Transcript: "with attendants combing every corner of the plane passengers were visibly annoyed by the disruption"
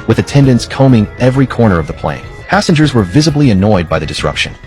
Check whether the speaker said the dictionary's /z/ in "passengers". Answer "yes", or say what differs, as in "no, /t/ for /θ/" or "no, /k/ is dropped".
yes